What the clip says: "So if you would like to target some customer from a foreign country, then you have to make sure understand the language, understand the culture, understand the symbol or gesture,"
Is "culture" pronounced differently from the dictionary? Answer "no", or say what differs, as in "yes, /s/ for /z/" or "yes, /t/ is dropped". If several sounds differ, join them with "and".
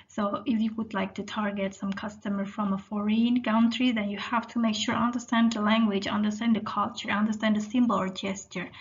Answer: no